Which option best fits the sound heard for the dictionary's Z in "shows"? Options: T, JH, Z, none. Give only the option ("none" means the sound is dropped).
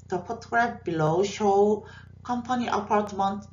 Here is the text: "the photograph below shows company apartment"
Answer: none